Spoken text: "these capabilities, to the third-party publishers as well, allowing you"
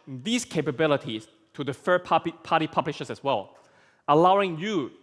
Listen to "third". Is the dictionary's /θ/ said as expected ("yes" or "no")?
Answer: no